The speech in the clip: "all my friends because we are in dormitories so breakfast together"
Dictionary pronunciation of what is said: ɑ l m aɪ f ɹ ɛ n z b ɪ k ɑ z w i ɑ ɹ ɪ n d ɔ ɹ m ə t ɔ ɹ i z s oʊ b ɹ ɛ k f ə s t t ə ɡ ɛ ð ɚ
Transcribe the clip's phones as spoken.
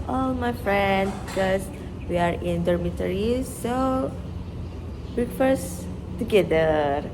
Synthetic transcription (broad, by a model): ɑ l m aɪ f ɹ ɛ n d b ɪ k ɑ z w i ɑ ɹ ɪ n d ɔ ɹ m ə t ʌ ɹ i s oʊ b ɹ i f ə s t t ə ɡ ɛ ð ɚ